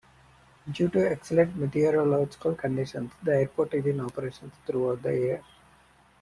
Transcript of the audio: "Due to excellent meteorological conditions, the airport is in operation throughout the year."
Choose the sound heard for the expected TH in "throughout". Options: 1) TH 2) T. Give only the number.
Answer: 2